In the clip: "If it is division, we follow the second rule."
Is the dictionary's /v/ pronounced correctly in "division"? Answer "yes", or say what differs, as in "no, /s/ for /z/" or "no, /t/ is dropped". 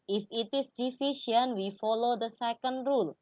no, /f/ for /v/